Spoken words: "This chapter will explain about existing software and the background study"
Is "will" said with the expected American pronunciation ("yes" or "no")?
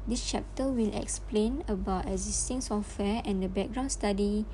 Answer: yes